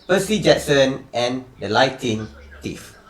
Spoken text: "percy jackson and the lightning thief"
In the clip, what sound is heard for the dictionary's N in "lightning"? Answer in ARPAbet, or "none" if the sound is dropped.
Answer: none